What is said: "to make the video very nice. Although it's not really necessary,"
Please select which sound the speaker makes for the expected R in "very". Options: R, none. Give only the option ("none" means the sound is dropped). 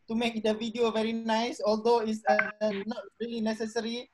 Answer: R